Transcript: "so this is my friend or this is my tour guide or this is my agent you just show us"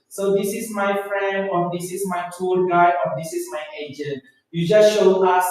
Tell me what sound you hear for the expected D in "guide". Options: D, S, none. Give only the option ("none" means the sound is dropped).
none